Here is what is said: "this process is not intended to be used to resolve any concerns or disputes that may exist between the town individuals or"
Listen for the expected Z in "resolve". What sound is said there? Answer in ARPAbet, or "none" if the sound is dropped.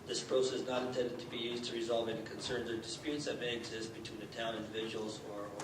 Z